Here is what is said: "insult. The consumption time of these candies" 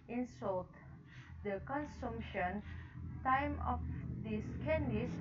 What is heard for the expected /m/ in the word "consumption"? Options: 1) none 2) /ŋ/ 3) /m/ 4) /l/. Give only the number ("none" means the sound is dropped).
3